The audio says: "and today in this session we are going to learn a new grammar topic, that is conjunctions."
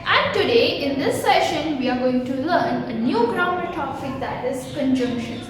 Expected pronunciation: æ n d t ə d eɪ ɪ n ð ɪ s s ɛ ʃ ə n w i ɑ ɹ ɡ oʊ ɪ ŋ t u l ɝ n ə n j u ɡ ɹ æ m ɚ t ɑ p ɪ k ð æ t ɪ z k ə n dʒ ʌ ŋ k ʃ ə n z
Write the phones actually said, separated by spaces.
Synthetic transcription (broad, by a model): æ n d t ə d eɪ ɪ n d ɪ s s ɛ ʃ ə n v i ɑ ɹ ɡ oʊ ɪ ŋ t u l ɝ n ə n j u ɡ ɹ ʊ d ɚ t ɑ f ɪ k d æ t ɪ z k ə n dʒ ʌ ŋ k ʃ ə n